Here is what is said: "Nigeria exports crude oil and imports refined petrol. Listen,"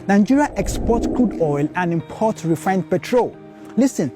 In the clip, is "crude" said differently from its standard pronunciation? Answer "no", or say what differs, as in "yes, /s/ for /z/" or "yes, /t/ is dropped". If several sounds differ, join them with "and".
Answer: yes, /l/ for /ɹ/